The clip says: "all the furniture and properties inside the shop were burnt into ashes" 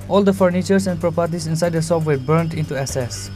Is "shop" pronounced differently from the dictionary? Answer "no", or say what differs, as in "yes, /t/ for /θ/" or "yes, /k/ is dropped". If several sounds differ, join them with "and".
yes, /s/ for /ʃ/